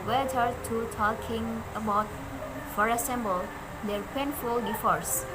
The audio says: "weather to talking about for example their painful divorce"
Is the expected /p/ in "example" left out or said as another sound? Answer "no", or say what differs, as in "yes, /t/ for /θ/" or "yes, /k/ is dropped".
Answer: yes, /b/ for /p/